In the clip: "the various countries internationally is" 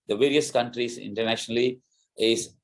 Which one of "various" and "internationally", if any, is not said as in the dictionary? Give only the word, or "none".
none